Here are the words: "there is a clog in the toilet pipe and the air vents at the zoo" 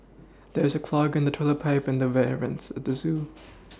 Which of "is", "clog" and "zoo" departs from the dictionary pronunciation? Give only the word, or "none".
none